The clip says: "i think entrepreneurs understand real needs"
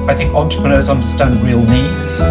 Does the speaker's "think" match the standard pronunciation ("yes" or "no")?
yes